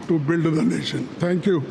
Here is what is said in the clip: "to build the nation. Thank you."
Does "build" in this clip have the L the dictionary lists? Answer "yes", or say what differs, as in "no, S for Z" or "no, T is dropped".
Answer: yes